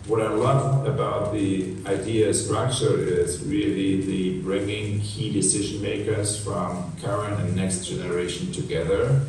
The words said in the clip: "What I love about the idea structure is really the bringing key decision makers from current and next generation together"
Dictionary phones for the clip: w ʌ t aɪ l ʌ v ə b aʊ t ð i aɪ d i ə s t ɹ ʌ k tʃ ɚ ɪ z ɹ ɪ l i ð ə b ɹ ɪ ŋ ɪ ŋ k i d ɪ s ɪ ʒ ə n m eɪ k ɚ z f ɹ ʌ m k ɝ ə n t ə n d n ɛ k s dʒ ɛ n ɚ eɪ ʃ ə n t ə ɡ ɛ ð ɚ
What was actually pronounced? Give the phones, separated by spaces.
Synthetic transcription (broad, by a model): w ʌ t aɪ l ʌ v ə b aʊ t ð i aɪ d i ə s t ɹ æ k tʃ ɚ ɪ z ɹ ɪ l i ð ə b ɹ ɪ ŋ ɪ ŋ k i d ɪ s ɪ ʒ ə n m eɪ k ɚ z f ɹ ʌ m k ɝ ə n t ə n n ɛ k s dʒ ɛ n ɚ eɪ ʃ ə n t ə ɡ ɛ ð ɚ